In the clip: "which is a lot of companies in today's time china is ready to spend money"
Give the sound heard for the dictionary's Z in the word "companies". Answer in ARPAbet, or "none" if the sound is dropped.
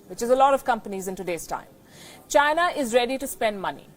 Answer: Z